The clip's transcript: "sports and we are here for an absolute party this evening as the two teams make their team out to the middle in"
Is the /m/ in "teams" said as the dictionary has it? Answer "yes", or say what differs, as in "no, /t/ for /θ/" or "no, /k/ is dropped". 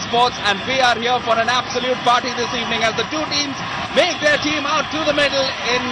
yes